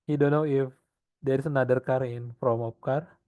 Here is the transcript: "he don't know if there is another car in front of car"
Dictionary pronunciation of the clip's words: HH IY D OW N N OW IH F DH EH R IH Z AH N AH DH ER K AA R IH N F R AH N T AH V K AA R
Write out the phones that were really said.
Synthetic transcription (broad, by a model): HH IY D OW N N OW IH F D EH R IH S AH N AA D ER K AA R IH N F R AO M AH P K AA R